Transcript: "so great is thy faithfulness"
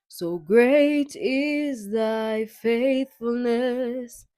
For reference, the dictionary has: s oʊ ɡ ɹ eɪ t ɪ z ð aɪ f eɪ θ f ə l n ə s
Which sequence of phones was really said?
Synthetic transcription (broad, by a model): s oʊ ɡ ɹ eɪ t ɪ z ð aɪ f eɪ θ f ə l n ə s